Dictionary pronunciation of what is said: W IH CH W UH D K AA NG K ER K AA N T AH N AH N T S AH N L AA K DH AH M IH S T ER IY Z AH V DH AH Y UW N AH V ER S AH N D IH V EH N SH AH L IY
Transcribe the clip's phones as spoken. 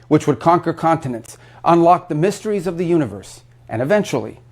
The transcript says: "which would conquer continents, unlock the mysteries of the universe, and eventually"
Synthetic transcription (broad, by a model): W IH CH W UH D K AA NG K ER K AA N T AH N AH N T S AH N L AA K DH AH M IH S T ER IY Z AH V DH AH Y UW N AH V ER S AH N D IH V EH N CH L IY